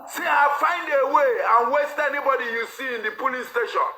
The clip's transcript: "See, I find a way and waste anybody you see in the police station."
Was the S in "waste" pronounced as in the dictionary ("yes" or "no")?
yes